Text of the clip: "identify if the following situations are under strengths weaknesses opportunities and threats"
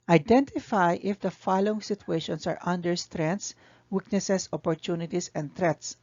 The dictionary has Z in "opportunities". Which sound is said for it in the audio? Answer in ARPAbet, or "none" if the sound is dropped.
S